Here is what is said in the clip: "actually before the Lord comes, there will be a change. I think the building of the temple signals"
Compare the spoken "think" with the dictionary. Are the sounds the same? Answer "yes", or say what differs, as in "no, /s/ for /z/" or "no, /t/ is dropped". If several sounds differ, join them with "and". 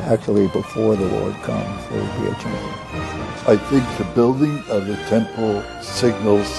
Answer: yes